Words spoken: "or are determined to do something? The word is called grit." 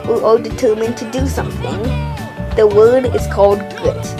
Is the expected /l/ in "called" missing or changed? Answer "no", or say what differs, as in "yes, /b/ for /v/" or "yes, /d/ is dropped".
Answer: no